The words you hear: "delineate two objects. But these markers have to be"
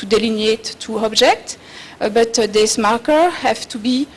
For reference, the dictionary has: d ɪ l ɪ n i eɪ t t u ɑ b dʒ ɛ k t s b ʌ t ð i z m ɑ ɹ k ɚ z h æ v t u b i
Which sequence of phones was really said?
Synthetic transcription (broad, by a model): d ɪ l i n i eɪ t t u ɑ b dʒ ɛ k t b ʌ t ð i s m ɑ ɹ k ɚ h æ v t u b i